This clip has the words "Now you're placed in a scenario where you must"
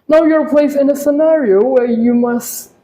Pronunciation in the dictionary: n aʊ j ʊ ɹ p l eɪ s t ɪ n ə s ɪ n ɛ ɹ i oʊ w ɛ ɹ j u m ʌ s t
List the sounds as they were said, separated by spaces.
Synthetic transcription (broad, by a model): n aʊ j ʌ ɹ p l eɪ s ɪ n ə s ɪ n ɛ ɹ i oʊ w ɛ ɹ j u m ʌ s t